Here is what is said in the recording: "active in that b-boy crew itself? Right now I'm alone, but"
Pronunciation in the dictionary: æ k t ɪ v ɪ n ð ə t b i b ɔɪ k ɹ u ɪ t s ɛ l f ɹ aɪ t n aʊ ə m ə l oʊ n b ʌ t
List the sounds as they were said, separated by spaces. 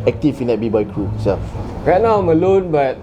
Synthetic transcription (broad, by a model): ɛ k t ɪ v ɪ n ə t b i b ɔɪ k ɹ u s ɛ f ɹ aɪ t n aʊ ə m ə l oʊ n b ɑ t